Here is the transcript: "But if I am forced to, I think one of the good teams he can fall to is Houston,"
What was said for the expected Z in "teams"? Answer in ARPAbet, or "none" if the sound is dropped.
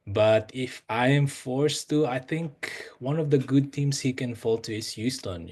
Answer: S